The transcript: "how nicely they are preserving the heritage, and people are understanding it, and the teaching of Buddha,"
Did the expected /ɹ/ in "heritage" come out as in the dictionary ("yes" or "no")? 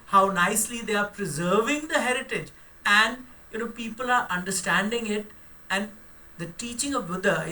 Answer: yes